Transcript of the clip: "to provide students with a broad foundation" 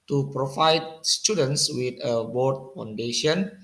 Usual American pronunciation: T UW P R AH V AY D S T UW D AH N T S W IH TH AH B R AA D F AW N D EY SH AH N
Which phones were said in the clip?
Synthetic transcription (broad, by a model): T UW P R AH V AY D S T UW D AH N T S W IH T AH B AA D F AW N D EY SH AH N